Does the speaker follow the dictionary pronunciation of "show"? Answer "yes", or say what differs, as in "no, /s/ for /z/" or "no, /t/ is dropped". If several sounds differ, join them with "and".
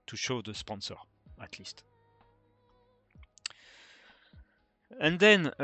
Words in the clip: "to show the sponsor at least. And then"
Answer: yes